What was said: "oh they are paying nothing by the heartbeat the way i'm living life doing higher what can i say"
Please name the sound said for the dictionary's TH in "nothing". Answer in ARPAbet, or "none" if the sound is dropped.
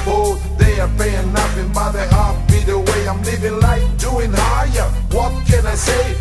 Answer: F